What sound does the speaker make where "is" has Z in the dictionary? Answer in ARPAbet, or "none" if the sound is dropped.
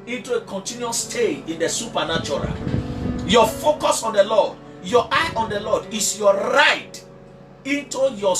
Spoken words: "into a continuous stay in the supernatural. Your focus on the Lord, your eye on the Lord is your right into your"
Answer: S